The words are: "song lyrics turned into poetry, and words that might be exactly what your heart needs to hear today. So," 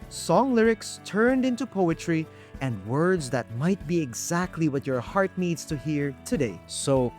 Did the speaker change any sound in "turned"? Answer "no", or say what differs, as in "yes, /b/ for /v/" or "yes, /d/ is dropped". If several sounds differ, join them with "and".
no